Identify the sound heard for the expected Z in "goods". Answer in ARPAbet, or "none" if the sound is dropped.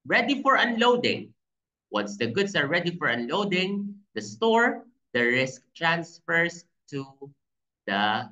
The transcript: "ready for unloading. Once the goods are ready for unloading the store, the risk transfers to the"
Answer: S